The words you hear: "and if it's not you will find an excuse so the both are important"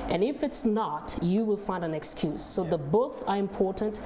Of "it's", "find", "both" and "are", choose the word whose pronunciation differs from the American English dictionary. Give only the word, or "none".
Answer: none